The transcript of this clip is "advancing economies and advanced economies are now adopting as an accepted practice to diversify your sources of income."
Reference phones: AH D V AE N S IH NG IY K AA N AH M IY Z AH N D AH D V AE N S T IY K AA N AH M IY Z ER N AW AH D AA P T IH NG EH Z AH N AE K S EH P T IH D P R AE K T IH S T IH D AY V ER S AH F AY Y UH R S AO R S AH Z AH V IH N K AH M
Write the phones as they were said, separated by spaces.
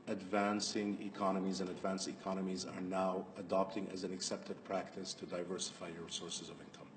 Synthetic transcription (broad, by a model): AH D V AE N S IH NG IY K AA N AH M IY Z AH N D AH D V AE N S T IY K AA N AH M IY Z ER N AW AH D AA P T IH NG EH Z AH N AE K S EH P T IH D P R AE K T IH S T IH D AY V ER S AH F AY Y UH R S AO R S AH Z AH V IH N K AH M